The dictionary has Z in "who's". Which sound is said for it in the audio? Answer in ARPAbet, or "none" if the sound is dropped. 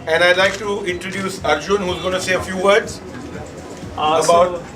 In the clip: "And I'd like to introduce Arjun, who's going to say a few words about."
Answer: Z